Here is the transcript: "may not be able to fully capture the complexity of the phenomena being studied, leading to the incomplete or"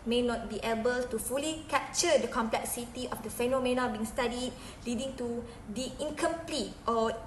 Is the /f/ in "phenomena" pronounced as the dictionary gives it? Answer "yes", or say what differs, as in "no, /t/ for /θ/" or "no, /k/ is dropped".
yes